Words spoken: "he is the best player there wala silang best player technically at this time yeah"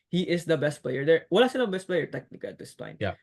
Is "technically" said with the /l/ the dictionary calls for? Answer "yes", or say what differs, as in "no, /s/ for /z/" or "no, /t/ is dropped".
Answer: no, /l/ is dropped